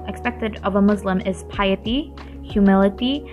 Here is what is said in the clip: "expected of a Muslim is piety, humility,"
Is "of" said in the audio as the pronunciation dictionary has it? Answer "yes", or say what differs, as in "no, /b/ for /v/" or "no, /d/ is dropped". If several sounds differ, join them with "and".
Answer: yes